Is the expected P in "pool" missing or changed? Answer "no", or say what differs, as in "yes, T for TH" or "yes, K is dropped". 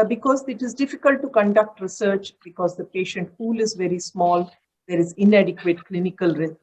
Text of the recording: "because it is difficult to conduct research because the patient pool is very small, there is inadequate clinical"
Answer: yes, F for P